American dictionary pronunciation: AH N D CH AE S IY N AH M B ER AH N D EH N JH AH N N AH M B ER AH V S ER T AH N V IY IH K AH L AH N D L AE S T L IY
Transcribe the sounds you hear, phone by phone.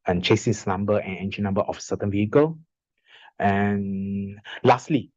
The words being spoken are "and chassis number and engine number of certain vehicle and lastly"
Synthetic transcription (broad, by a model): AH N CH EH S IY N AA M B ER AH N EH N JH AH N N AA M B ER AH F S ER T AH N V IY IH K AH L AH N L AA S T L IY